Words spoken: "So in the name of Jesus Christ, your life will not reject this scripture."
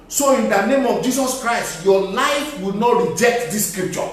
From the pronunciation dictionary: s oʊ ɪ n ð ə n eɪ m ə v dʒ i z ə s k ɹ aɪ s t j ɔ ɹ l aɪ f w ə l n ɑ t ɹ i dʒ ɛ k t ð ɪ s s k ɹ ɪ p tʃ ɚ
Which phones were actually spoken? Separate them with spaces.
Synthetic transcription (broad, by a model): s oʊ ɪ n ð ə n eɪ m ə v dʒ i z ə s k ɹ aɪ s t j ɔ l aɪ f w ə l n ɑ t ɹ i dʒ ɛ k t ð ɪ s s k ɹ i p tʃ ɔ